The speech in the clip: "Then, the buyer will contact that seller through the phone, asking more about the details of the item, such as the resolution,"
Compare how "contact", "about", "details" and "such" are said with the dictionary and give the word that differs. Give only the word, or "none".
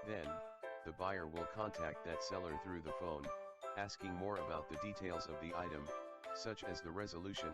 none